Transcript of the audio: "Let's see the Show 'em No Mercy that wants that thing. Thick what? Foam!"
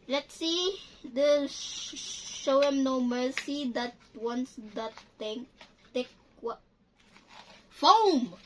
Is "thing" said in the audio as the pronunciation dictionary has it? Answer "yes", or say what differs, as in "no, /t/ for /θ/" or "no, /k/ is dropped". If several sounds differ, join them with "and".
no, /t/ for /θ/